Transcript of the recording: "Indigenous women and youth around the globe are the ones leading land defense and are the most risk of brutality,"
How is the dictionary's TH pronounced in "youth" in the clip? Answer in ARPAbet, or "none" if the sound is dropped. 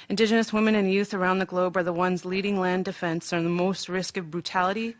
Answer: TH